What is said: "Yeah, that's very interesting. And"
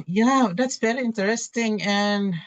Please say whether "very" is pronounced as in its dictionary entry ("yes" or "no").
no